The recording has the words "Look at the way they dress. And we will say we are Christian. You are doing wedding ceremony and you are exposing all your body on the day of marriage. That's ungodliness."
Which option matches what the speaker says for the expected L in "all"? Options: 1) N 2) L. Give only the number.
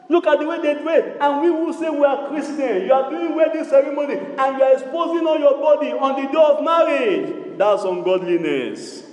1